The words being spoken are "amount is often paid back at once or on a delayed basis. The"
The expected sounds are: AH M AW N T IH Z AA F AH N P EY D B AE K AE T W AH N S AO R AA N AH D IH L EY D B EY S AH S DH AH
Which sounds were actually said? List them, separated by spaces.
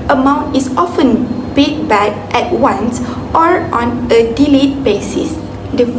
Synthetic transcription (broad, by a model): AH M AW N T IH S AA F AH N B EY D B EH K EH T W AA N S AO R AA N AH D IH L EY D B EY S AH S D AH